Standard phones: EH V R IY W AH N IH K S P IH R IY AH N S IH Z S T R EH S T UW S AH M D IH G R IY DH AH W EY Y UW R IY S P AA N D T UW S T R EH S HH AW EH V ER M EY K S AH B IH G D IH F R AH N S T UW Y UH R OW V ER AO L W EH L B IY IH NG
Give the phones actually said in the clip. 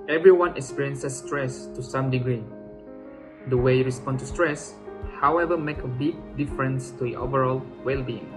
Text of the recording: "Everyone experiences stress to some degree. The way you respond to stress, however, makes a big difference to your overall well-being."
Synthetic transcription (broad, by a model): EH V R IY W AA N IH K S P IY R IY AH N S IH S T R EH S T UW S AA M D IH G R IY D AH W EY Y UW R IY S P AA N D T UW S T R EH S HH AW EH V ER M EY K AH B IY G D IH F R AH N S T UW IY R OW V ER AO L W EH L B IY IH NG